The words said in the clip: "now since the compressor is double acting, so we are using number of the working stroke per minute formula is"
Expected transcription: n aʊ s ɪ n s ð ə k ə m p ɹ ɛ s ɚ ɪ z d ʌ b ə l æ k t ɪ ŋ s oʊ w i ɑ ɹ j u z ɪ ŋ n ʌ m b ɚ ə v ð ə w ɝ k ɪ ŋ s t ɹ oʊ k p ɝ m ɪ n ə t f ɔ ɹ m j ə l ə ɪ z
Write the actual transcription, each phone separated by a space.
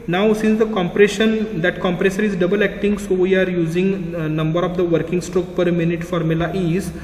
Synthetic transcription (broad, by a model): n aʊ s ɪ n s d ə k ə m p ɹ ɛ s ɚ ɪ z d ʌ b ə l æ k t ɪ ŋ s oʊ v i ɑ ɹ j u z ɪ ŋ n ʌ m b ɚ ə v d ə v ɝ k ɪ ŋ s t ɹ oʊ k p ɝ m ɪ n ə t f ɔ ɹ m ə l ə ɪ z